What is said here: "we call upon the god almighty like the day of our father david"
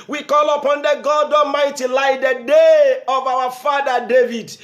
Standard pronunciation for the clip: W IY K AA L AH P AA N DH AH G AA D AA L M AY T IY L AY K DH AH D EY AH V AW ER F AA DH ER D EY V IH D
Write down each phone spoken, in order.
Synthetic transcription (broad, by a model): W IY K AA L AH P AA N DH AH G AA D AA M AY T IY L AY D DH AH D EY AH V AW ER F AA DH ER D EY V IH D